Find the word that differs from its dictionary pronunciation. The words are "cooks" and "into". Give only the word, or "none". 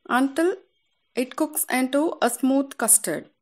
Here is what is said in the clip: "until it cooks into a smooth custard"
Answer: none